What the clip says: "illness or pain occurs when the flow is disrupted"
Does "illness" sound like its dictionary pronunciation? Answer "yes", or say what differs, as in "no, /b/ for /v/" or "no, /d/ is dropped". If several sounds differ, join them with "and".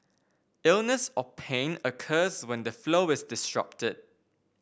yes